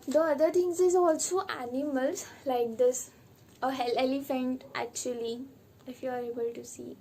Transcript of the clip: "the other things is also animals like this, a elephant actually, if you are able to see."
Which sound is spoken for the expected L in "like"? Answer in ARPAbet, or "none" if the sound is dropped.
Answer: L